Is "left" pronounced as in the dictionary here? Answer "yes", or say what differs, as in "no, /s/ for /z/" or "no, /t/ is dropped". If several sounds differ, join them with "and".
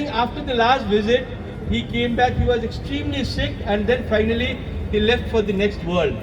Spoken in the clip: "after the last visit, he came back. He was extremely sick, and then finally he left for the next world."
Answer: yes